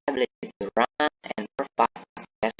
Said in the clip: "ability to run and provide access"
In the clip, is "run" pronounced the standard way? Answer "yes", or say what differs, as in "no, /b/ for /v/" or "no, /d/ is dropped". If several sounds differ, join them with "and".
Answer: yes